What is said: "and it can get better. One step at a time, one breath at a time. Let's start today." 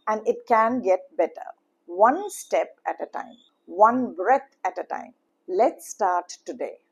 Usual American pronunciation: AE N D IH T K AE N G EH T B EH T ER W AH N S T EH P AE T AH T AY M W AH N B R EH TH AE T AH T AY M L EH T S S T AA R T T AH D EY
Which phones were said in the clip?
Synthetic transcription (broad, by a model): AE N D IH T K AE N G EH T B EH T ER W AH N S T EH P AE T AH T AY M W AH N B R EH T AE T AH T AY M L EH T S S T AA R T T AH D EY